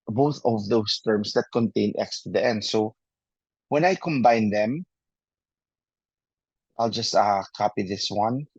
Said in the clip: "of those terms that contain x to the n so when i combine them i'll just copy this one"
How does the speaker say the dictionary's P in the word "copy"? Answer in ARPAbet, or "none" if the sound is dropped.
P